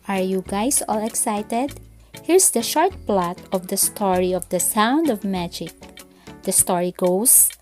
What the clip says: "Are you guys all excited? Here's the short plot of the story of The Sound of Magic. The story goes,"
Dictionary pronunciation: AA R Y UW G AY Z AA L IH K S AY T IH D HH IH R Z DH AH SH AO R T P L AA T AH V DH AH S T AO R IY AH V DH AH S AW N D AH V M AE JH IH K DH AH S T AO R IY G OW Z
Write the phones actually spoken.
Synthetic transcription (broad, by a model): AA R Y UW G AY S AA L IH K S AY T IH D HH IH R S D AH SH AO R T P L AA T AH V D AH S T AO R IY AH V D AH S AW N D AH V M AE JH IH K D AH S T AO R IY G OW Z